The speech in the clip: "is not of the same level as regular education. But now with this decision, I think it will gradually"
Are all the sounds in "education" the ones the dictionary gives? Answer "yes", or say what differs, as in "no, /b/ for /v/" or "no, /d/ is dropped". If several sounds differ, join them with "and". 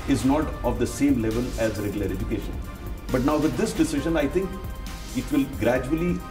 yes